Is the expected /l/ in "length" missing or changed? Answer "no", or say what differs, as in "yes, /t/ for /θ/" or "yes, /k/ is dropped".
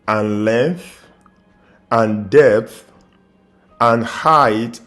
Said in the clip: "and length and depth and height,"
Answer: no